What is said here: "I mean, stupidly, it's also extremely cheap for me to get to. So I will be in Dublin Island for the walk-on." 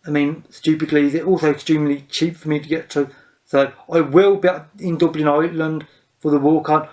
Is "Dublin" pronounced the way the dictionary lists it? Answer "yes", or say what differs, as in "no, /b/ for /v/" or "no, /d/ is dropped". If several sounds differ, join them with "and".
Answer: yes